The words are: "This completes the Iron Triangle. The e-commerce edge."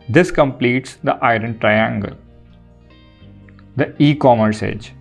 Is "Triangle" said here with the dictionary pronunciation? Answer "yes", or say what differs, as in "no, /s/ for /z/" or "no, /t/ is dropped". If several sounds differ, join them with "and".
yes